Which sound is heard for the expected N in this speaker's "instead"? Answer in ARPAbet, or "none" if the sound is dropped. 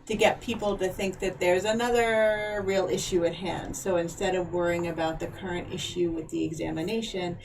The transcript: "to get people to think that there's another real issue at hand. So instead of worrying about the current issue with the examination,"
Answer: N